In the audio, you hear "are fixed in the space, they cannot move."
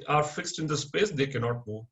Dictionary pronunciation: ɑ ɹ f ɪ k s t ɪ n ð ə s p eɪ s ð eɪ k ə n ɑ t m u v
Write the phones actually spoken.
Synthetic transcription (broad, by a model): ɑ ɹ f ɪ k s t ɪ n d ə s p eɪ s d eɪ k ə n ɑ t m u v